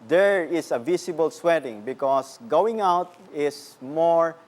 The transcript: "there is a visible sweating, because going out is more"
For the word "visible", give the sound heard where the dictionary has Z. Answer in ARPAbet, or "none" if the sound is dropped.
S